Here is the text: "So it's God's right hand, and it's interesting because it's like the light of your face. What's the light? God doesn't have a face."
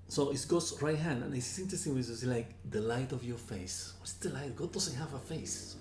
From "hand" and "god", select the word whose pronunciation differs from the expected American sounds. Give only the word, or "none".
none